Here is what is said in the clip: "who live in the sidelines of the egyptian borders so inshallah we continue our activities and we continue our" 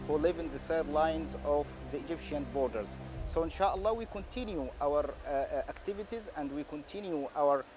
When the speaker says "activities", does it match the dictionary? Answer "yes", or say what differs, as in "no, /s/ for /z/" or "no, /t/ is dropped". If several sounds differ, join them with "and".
yes